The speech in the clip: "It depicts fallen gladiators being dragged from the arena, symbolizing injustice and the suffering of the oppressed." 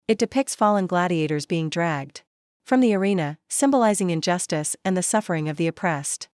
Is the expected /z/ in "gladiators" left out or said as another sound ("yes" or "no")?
no